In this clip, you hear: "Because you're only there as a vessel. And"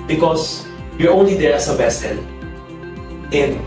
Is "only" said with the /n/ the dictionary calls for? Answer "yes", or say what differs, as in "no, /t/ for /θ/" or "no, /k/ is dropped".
yes